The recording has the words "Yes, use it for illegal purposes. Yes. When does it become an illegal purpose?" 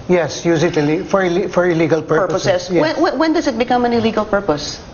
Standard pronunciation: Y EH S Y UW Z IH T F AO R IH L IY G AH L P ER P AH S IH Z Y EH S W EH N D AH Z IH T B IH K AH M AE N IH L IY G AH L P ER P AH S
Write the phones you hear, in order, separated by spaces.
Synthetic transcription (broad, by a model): Y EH S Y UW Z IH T F AO R IH L IY G AH L P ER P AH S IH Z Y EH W W EH N D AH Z IH T B IH K AH M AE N IH L IY G AH L P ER P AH S